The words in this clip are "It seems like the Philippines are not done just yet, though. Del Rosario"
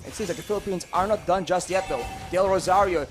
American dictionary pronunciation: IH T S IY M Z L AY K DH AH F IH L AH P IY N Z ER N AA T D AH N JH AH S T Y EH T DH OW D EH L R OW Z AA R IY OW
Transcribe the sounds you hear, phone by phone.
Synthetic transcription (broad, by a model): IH T S IY M Z L AY K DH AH F IH L AH P IY N Z ER N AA T D AH N JH AH S T Y EH T DH OW D EH L R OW Z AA R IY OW